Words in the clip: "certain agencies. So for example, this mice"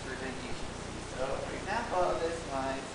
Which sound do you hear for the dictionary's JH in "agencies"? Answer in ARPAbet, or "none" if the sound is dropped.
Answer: SH